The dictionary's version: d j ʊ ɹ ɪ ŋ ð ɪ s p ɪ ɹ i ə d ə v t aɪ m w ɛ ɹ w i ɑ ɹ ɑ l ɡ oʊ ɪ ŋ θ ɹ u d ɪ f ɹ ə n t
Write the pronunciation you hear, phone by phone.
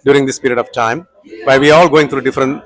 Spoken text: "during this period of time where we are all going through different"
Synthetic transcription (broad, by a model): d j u ɹ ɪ ŋ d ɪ s p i ɹ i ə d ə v t aɪ m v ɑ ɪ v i ɑ ɹ ɑ l ɡ oʊ ɪ ŋ t ɹ u d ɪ f ɹ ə n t